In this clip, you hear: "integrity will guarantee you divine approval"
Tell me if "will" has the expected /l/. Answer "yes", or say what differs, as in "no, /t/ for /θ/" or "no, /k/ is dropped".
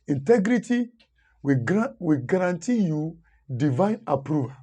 no, /w/ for /l/